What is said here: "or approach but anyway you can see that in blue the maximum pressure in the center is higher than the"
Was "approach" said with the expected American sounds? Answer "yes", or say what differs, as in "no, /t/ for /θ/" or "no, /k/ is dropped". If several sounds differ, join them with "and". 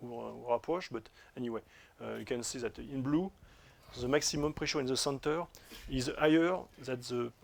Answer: no, /ʃ/ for /tʃ/